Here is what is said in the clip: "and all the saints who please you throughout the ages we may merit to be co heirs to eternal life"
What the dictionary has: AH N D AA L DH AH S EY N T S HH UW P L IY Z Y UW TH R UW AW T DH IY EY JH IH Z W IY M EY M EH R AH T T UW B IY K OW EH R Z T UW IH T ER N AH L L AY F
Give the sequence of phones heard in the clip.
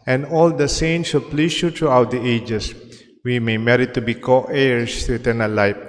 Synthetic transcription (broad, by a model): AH N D AA L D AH S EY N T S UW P L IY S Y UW T R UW AW T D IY EY JH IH S W IY M EY M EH R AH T T UW B IY K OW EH R S T UW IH T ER N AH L L AY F